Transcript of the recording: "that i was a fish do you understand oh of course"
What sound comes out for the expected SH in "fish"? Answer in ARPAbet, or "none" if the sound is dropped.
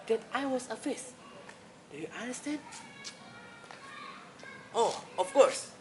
S